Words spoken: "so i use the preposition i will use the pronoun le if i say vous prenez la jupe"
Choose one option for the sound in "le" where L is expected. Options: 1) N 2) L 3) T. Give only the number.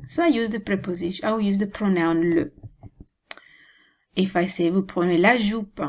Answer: 2